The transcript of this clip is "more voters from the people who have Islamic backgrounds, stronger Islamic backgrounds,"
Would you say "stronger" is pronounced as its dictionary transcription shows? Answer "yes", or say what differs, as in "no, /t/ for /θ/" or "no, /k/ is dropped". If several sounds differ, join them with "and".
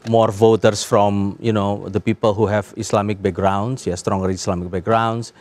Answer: yes